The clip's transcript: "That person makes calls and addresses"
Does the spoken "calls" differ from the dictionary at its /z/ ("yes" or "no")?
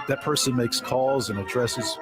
no